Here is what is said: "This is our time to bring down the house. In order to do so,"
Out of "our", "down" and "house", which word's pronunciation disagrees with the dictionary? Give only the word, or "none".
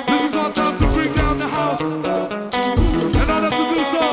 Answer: our